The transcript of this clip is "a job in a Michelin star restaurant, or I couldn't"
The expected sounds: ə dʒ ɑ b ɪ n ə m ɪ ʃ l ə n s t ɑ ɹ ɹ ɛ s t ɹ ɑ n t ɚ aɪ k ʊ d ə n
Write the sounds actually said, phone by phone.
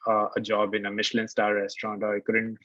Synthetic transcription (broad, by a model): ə dʒ ɑ b ɪ n ə m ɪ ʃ l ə n s t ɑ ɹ ɹ ɛ s t ɹ ɑ n t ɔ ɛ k d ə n